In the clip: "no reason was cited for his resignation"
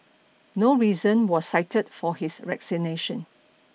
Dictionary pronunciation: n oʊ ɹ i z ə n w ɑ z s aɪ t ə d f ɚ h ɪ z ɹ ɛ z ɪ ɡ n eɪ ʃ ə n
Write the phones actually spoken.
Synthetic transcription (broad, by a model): n oʊ ɹ i z ə n w ɑ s aɪ t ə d f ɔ h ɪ s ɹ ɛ s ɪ n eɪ ʃ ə n